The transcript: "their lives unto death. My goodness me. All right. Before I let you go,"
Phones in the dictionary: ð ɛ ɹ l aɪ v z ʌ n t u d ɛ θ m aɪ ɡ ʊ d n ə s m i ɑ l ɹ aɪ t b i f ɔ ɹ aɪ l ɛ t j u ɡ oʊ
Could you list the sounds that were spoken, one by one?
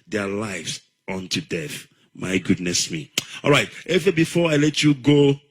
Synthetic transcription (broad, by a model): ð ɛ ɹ l aɪ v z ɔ n t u d ɛ θ m aɪ ɡ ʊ d n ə s m i ɑ l ɹ aɪ t b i f ɔ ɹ aɪ l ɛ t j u ɡ oʊ